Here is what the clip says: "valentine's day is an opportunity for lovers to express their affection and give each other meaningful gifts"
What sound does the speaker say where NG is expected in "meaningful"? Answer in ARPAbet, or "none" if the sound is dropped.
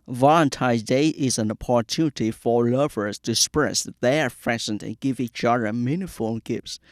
none